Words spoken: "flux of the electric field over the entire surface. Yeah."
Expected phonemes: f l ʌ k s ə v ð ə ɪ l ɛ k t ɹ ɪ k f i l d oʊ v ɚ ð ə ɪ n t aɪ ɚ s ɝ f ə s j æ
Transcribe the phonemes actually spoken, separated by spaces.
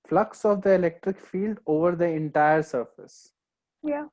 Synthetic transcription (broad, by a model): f l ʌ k s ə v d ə ɪ l ɛ k t ɹ ɪ k f i l d oʊ v ɚ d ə ɪ n t aɪ ɚ s ɝ f ə s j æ